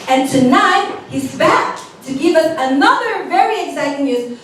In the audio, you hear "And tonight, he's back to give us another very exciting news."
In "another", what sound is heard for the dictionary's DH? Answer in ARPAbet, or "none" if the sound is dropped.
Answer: DH